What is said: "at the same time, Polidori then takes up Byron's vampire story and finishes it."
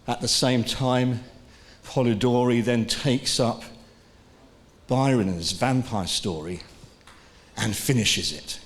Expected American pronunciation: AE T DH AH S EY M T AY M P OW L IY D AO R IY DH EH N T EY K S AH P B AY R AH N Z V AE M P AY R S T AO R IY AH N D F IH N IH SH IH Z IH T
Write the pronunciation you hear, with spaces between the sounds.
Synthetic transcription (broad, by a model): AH T DH AH S EY M T AY M P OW L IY D AO R IY DH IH N T EY K S AH P B AY R AH N Z V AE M P AY S T AO R IY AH N F IH N IH SH IH Z IH T